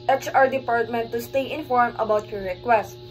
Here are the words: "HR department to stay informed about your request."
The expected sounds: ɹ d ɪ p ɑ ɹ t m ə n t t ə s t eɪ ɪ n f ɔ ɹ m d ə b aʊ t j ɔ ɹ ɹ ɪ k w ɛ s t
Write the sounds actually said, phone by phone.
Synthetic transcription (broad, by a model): ɹ d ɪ p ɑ ɹ t m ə n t t ə s t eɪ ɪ n f ɔ ɹ m ə b aʊ t j ɔ ɹ ɹ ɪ k w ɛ s t